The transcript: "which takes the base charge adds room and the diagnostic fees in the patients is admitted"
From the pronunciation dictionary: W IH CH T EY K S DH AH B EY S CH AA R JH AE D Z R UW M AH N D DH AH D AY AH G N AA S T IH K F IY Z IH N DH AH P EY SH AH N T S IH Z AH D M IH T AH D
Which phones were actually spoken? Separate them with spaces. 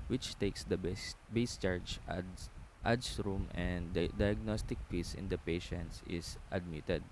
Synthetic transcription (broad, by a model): W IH CH T EY K S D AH B EY S CH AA R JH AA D S R UW M AH N D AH D AY AH G N AA S T IH K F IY S IH N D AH P EY SH AH N T S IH S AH D M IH T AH D